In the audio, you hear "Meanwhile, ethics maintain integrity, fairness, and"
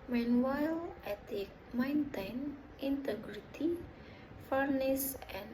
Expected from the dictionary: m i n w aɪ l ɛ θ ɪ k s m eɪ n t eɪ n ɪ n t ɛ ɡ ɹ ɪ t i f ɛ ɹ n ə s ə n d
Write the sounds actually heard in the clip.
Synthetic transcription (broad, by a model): m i n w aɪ l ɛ t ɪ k m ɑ n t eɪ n ɪ n t ɛ ɡ ɹ ɪ t i f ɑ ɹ n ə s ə n